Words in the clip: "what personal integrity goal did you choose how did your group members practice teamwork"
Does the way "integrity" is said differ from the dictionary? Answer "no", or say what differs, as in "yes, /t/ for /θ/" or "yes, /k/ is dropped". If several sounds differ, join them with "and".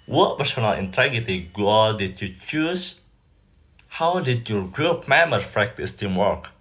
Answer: yes, /ɹ/ is dropped